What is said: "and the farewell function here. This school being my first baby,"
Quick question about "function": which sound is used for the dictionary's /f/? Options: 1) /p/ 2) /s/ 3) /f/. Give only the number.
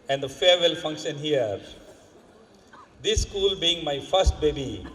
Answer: 3